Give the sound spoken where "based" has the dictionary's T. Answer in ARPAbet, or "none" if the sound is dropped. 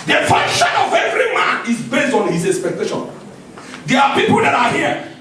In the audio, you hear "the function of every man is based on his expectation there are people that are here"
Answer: T